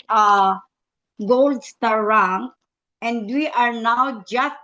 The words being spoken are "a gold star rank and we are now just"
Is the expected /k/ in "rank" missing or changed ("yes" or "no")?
yes